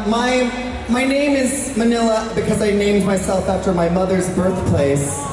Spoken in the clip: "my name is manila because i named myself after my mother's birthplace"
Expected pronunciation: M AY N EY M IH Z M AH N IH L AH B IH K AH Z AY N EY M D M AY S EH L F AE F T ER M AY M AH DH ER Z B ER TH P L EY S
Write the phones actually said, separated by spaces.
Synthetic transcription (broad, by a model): M AY N EY M IH Z M AH N IH L AH B IH K AH Z AY N EY M D M AY S EH L F AE F T ER M AY M AH DH ER Z B ER TH P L EY S